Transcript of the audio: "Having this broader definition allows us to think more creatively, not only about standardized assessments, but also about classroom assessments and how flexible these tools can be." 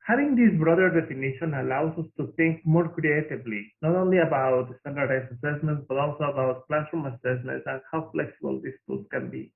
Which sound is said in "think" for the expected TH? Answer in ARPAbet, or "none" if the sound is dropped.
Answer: T